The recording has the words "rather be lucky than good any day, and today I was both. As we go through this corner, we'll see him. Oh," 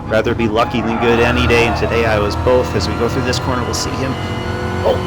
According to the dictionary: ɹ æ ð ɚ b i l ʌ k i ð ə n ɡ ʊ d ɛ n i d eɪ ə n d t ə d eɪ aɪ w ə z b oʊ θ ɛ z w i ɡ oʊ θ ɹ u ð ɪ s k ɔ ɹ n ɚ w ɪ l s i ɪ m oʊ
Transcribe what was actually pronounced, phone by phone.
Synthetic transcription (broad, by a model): ɹ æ ð ɚ b i l ʌ k i ð ə n ɡ ʊ d ɛ n i d eɪ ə n t ə d eɪ aɪ w ə z b oʊ θ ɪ z w i ɡ oʊ θ ɹ u ð ɪ s k ɔ ɹ n ɚ w ɪ l s i ɪ m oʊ